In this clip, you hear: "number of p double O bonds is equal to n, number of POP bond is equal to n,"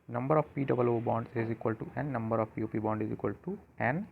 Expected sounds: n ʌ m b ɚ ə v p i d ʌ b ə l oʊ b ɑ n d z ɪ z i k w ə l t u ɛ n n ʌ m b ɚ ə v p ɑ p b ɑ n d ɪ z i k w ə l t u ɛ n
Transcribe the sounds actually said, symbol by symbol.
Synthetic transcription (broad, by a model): n ʌ m b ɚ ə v p i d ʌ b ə l oʊ b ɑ n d ɪ z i k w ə l t u ɛ n n ʌ m b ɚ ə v p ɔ p b ɑ n d ɪ z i k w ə l t u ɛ n